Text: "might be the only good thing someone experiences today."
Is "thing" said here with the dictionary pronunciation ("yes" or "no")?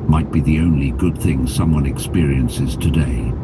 yes